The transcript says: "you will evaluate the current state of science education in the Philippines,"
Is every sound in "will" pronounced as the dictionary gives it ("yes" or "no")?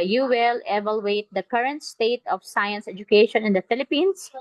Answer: yes